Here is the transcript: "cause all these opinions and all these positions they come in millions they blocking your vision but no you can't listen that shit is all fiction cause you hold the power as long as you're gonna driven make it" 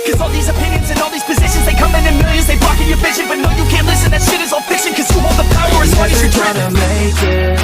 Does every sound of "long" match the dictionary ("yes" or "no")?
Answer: no